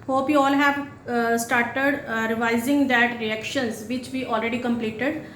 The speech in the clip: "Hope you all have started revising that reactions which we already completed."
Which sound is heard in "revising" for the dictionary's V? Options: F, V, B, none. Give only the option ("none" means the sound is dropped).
V